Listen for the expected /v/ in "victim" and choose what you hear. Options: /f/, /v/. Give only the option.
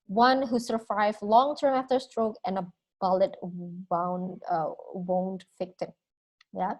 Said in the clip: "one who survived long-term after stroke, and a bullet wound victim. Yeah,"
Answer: /f/